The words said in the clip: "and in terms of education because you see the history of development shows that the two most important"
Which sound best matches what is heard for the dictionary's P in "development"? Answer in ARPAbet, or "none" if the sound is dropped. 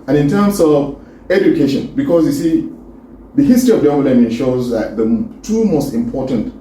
none